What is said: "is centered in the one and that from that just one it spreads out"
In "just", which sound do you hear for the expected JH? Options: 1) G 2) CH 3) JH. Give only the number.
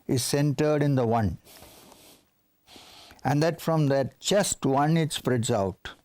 2